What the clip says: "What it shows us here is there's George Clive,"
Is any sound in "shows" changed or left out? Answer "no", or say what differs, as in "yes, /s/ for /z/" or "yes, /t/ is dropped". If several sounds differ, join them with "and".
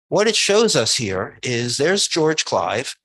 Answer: no